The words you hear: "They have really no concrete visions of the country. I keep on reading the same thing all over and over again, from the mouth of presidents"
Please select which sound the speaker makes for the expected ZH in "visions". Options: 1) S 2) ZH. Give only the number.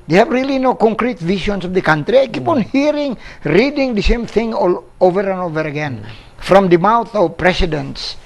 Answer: 1